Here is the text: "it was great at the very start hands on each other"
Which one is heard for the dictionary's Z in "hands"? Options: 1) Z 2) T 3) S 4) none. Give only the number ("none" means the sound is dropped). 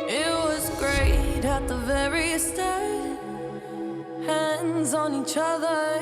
1